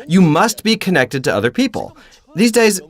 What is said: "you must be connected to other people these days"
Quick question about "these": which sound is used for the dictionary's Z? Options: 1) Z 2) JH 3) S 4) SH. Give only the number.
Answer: 1